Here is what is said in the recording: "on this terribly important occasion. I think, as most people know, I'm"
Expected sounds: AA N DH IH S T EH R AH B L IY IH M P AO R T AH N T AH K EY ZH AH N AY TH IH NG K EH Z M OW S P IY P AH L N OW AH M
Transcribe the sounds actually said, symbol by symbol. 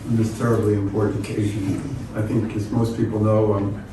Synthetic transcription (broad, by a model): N DH IH S T EH R AH B L IY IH M P AO R T N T AH K EY ZH AH N AY TH IH NG K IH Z M OW S P IY P L N OW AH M